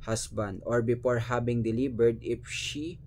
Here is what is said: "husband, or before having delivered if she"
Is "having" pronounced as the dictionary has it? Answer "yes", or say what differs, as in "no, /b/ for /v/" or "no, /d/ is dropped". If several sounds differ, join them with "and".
no, /b/ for /v/